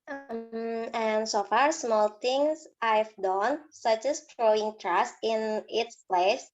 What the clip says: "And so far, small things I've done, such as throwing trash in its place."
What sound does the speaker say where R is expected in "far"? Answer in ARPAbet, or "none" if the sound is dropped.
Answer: R